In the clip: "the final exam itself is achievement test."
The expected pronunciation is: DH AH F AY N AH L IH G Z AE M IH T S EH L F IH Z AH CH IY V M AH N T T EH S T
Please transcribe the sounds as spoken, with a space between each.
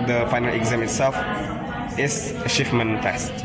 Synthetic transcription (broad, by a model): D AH F AY N AH L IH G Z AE M IH T S EH L F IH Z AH SH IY F M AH N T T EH S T